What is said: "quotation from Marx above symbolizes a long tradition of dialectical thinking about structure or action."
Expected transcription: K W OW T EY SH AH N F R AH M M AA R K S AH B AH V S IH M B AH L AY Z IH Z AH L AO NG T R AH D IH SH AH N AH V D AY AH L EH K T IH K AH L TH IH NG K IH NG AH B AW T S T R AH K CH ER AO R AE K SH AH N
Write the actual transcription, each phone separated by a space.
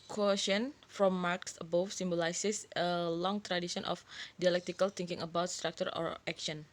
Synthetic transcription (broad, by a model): K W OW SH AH N F R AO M M AA R K S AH B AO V S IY M B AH L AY S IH S AH L AO NG T R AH D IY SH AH N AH F D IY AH L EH K T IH K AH L T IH NG K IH NG AH B AW T S T R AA K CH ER AO R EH K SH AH N